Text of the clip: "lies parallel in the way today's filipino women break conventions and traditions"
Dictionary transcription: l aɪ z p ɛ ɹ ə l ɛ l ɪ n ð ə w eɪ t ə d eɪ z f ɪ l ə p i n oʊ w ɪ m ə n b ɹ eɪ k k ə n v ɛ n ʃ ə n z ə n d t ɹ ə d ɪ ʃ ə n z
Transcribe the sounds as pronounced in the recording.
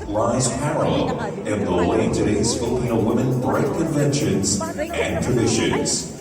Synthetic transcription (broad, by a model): l aɪ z p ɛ ɹ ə l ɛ l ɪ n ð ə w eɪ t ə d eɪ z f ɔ ə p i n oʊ w ɪ m ə n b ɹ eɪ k k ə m v ɛ n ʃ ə n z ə n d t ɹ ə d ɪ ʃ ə n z